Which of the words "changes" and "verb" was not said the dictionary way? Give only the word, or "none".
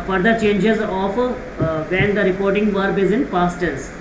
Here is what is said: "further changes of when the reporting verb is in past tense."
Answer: none